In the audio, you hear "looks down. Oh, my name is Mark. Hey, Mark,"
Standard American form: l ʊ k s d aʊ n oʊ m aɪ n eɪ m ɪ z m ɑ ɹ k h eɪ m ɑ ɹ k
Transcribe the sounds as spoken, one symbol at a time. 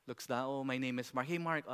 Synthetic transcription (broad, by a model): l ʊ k s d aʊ oʊ m aɪ n eɪ m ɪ s m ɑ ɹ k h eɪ m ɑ ɹ k